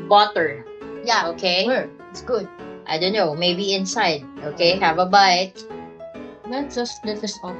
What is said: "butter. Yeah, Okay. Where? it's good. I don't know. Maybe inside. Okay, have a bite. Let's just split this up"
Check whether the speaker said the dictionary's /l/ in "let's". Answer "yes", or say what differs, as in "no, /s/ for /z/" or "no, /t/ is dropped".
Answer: no, /n/ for /l/